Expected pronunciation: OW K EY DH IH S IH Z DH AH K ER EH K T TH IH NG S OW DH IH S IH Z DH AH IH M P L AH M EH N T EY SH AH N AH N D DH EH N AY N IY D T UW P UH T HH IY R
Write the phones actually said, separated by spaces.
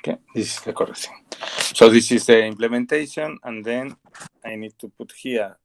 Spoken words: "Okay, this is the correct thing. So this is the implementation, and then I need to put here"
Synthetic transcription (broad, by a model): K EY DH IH S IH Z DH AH K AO T S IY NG S OW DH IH S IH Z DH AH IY M P L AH M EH N T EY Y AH N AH N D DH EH N AY N IY D T UW P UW T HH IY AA